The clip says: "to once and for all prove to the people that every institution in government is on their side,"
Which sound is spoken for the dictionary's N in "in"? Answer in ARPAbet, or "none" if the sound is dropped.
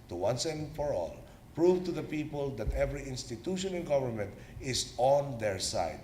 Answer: L